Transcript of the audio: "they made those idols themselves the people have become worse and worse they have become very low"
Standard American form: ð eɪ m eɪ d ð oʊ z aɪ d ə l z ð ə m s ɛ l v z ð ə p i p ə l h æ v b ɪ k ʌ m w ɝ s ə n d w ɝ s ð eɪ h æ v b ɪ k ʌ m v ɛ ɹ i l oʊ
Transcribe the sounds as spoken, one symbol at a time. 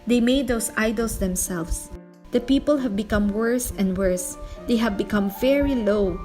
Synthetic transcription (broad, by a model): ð eɪ m eɪ d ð oʊ s aɪ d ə l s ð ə m s ɛ l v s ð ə p i p ə l h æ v b ɪ k ʌ m w ɝ s ə n d w ɝ s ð eɪ h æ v b ɪ k ʌ m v ɛ ɹ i l oʊ